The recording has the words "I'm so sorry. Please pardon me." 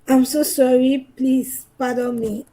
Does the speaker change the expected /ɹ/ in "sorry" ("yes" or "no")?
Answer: no